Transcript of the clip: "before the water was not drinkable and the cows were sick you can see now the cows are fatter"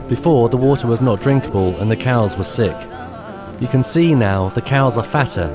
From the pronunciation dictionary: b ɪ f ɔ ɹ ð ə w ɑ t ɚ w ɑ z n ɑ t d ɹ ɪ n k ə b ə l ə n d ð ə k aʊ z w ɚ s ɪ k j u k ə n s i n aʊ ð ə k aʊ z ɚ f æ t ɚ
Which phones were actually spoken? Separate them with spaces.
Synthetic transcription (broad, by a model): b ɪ f ɔ ɹ ð ə w ɑ t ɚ w ɑ z n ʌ t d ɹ ɪ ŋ k ə b ə l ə n ð ə k aʊ z w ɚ s ɪ k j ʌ k ə n s i n aʊ ð ə k aʊ z ɚ f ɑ t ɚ